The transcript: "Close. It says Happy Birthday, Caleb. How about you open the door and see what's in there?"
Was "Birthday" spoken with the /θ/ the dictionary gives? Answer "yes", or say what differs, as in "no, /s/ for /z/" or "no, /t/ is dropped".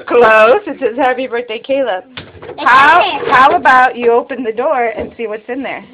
no, /t/ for /θ/